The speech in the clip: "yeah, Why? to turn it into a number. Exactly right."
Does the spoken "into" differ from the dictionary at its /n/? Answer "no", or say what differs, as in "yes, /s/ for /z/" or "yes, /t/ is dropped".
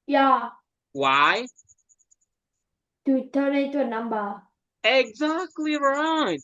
yes, /n/ is dropped